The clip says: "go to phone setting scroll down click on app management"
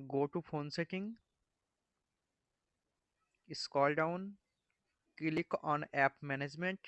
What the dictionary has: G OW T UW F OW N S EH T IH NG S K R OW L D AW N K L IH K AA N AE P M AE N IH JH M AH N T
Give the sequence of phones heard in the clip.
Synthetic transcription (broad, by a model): G OW T UW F OW N S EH T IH NG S K OW L D AW N K L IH K AA N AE P M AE N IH JH M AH N T